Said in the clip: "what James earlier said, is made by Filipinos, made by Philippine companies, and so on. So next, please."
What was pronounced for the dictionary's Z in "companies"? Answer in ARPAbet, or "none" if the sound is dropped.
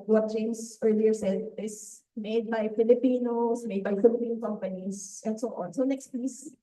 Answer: S